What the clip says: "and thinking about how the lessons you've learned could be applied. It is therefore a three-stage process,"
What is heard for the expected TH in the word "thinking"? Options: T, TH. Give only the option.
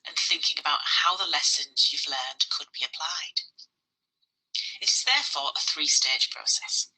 TH